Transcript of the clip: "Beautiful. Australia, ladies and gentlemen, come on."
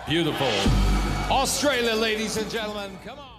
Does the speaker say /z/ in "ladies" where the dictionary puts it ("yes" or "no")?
yes